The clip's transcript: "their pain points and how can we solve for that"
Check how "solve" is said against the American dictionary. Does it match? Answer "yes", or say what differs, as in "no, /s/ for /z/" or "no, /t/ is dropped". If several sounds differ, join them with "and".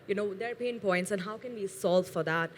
yes